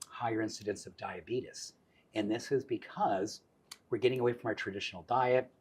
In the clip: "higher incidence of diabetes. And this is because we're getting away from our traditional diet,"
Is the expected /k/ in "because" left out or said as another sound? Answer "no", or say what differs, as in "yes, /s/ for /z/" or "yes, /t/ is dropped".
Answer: no